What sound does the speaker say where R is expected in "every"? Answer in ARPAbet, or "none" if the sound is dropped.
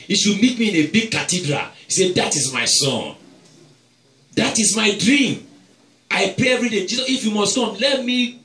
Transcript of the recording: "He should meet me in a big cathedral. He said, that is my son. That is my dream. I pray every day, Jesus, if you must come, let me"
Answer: R